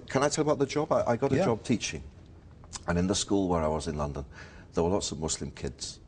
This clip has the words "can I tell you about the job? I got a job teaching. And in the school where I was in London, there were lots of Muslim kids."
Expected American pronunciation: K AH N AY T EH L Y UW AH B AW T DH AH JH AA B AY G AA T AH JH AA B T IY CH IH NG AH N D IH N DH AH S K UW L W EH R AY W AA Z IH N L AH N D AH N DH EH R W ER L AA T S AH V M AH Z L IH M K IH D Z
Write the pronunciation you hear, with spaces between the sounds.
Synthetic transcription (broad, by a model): K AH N AY T EH L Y AH B AW T DH AH JH AA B AY G AA T AH JH AA B T IY CH IH NG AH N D IH N DH AH S K UW L W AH R AY W AA Z IH N L AH N D AH N DH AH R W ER L AA T S AH V M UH S L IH M K IH D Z